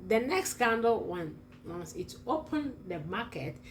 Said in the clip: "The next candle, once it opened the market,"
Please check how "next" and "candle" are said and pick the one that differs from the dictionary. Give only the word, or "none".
candle